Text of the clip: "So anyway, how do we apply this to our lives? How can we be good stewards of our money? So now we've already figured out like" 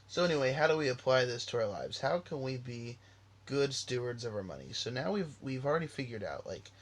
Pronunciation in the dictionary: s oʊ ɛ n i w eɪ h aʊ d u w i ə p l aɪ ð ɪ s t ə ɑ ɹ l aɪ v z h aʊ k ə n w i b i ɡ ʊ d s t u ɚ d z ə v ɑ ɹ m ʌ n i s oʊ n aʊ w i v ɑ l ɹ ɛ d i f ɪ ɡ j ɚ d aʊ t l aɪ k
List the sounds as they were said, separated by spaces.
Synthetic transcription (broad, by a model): s oʊ ɛ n i w eɪ h aʊ d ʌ w i ə p l aɪ ð ɪ s t ə ɑ ɹ l aɪ v z h aʊ k ə n w i b i ɡ ʊ d s t u ɚ d z ə v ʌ ɹ m ʌ n i s oʊ n aʊ w i v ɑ l ɹ ɛ d i f ɪ ɡ j ɚ d aʊ t l aɪ k